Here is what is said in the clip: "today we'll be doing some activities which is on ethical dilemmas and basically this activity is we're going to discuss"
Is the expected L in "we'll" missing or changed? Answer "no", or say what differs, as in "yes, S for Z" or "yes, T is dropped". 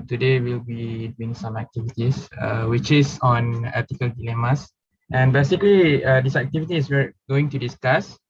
no